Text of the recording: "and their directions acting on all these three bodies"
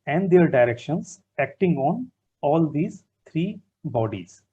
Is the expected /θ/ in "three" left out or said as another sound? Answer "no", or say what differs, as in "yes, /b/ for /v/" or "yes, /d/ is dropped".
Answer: yes, /t/ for /θ/